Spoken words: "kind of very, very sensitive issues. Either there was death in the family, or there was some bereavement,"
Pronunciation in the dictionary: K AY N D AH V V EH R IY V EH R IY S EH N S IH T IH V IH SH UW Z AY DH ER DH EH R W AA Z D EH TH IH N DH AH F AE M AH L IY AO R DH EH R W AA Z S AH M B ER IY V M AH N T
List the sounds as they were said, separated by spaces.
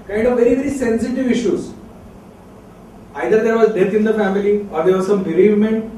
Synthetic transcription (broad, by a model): K AY N D AH V V EH R IY V EH R IY S EH N S IH T IH V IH SH UW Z AY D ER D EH R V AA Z D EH T IH N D AH F AE M AH L IY AO R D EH R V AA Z S AH M B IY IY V M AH N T